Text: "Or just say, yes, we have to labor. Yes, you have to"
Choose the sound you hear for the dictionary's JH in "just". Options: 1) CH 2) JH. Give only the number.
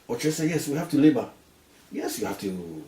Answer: 1